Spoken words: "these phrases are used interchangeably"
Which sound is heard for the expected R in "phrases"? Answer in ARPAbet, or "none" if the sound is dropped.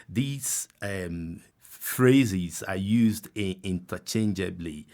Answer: R